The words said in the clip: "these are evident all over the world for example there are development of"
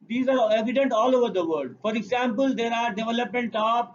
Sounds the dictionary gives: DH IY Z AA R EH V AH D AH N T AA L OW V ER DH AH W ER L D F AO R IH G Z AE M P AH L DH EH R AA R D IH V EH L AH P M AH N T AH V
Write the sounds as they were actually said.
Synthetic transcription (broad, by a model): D IY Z AA R EH V AH D AH N T AA L OW V ER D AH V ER D F AO R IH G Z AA M P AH L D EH R AA R D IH V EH L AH P M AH N T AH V